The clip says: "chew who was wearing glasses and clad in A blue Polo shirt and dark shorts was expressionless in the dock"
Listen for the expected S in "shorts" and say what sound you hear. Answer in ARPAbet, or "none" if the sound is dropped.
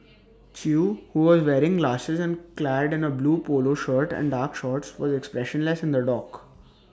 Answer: S